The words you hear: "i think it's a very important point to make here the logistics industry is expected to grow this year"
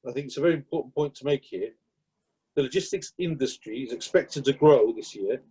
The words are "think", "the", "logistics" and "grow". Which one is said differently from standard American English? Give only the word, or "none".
none